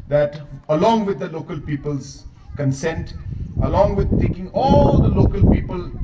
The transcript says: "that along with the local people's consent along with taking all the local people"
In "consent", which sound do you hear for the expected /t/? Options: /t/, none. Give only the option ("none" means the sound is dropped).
/t/